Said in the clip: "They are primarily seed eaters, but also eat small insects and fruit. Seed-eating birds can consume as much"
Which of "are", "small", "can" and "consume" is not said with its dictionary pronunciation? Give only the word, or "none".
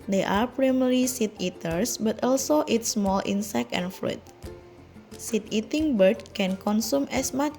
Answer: none